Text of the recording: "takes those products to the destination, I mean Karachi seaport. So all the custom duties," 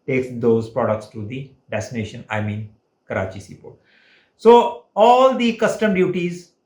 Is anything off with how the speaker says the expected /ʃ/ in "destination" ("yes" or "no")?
no